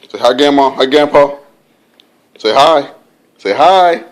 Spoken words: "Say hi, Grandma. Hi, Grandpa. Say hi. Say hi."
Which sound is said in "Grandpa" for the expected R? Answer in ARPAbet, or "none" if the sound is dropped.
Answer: none